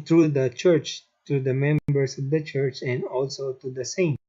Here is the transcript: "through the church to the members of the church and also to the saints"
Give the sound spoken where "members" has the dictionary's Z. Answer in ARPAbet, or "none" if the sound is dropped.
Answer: S